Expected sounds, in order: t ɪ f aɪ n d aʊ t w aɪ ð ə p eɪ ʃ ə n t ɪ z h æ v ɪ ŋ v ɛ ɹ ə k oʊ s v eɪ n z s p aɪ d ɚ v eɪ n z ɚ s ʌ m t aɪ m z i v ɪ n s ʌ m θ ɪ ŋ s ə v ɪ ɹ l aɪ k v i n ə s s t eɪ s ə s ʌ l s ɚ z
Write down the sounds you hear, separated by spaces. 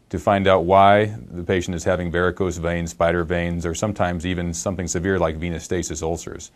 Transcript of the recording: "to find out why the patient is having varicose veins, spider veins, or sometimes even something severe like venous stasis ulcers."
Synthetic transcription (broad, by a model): t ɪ f aɪ n d aʊ t w aɪ ð ə p eɪ ʃ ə n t ɪ z h æ v ɪ ŋ b ɛ ɹ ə k oʊ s v eɪ n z s p aɪ d ɚ v eɪ n z ɚ s ʌ m t aɪ m z i v ɪ n s ʌ m θ ɪ ŋ s ə v ɪ ɹ l aɪ k v i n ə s s t eɪ s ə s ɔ l s ɚ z